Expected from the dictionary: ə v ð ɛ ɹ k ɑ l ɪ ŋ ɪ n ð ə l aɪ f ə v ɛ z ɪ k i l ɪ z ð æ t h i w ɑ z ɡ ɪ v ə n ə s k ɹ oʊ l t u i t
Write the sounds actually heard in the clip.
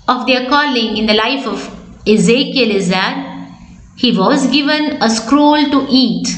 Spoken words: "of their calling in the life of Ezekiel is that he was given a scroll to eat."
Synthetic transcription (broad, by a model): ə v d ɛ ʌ k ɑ l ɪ ŋ ɪ n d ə l aɪ f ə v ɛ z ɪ k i l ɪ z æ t h i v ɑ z ɡ ɪ v ə n ə s k ɹ oʊ l t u i t